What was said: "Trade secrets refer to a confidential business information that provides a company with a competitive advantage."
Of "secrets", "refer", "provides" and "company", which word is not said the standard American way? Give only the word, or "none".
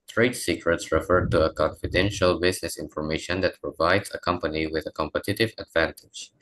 none